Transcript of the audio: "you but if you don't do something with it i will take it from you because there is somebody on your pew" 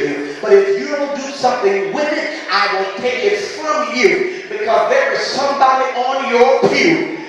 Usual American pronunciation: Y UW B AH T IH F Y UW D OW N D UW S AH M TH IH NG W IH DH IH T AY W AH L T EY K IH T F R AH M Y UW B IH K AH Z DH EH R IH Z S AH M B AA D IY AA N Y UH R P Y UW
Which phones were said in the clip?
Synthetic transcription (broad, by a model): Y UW B AH T IH F Y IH D OW N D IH S AH M TH IH NG W IH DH IH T AY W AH N T EY K IH T F R AH M Y UW B IH K AH Z DH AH R IH Z S AH M B AA D IY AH N Y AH R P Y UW